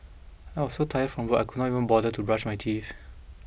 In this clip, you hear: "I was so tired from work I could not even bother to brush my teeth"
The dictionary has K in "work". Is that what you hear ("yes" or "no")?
no